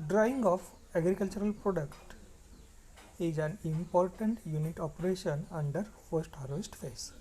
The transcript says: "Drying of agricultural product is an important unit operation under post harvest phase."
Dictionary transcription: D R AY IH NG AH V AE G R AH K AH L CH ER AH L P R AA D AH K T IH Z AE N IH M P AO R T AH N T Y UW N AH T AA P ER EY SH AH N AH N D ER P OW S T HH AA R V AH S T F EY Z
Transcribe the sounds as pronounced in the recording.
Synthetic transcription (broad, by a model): D R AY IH NG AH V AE G R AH K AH L CH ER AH L P R AA D AH K T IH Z AE N IH M P AO R T AH N T Y UW N AH T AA P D EY SH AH N AH N D ER F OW S T HH AA R V AH S T F EY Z